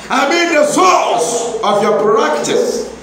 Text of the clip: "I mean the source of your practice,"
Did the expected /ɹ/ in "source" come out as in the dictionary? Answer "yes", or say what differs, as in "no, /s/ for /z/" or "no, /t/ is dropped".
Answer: no, /l/ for /ɹ/